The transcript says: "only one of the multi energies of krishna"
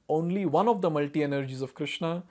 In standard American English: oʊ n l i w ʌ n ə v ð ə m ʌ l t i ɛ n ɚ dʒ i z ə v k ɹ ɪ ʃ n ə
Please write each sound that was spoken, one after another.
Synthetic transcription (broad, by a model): oʊ n l i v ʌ n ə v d ə m ʌ l t i ɛ n ɚ dʒ i z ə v k ɹ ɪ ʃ n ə